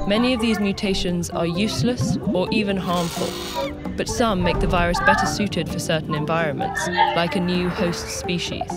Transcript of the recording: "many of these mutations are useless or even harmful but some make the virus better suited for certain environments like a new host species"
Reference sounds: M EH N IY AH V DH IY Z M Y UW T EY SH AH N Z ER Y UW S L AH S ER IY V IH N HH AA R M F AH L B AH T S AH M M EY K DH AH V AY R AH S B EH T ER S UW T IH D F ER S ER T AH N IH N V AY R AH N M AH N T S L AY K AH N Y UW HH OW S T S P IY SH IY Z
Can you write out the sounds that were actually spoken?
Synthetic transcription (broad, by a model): M EH N IY AH V DH IY Z M Y UW T EY SH AH N Z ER Y UW S L AH S ER IY V IH N HH AA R M F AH L B AH T S AH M M EY K DH AH V AY R AH S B EH T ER S UW T IH D F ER S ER T N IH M V AY R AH N M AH N T S L AY K AH N Y UW HH OW S T S P IY SH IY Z